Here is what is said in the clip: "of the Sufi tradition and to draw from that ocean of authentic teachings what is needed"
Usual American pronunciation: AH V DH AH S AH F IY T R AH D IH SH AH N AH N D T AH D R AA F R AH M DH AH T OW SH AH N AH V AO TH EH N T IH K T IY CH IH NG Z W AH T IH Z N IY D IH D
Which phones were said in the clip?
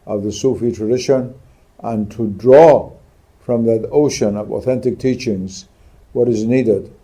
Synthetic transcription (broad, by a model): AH V DH AH S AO F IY T R AH D IH SH AH N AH N T AH D R AA F R AH M DH AH T OW SH AH N AH V AO TH EH N T IH K T IY CH IH NG Z W AH T IH Z N IY D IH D